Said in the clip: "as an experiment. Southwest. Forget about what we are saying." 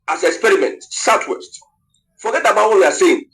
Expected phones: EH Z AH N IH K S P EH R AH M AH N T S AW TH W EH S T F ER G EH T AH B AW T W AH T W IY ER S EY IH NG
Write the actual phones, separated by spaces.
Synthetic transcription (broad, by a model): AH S IH K S P EH R AH M AH N T S AW T W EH S T F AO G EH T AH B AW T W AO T W IY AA S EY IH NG